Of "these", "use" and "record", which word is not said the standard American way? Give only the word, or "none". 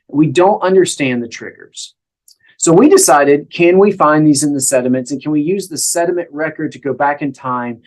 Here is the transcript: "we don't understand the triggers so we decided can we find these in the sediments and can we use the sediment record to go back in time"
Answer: none